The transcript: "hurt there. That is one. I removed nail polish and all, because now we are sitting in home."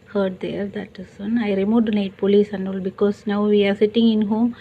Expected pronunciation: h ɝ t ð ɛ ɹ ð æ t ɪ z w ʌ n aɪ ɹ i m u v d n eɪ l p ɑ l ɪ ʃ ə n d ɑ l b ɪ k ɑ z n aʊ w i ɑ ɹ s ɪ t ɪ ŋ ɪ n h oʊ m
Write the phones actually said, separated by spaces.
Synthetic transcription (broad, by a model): h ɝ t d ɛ ɹ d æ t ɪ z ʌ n aɪ ɹ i m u d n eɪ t p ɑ l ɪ s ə n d ɑ l b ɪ k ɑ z n aʊ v i ɑ ɹ s ɪ t ɪ ŋ ɪ n h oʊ m